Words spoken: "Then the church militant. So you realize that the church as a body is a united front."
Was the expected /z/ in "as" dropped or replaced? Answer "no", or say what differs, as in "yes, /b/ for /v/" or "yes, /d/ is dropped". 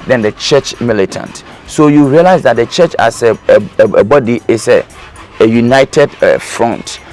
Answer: yes, /s/ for /z/